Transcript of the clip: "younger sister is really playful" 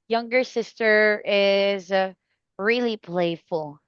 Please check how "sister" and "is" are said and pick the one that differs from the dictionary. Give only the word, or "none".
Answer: none